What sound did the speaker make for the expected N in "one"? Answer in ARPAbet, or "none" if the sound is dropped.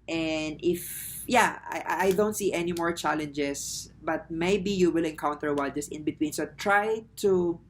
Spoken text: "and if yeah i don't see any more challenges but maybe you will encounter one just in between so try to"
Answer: L